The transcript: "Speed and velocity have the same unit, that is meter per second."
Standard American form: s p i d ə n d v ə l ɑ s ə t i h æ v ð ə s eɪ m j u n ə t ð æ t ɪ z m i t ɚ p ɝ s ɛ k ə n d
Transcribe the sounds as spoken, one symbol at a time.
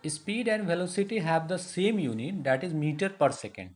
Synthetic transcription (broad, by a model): s p i d ə n d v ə l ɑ s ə t i h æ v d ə s eɪ m j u n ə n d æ t ɪ z m i t ɚ p ɝ s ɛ k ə n d